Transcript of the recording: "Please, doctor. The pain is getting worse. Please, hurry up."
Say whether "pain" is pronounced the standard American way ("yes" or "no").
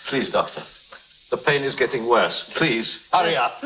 yes